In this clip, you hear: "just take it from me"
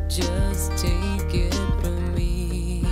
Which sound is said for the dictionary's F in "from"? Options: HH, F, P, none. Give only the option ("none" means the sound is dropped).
P